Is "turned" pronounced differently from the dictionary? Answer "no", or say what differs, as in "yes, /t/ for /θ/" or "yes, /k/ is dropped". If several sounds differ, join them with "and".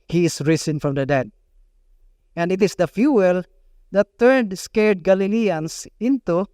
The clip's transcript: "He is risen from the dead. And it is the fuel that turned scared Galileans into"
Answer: yes, /n/ is dropped